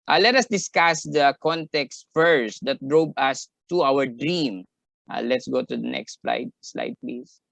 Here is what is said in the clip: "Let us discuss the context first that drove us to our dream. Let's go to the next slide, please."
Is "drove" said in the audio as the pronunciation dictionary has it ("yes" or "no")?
no